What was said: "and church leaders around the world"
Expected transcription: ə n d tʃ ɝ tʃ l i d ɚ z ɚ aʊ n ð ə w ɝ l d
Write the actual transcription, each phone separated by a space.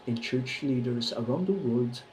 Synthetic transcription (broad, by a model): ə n tʃ ɝ tʃ l i d ɚ z ɚ aʊ n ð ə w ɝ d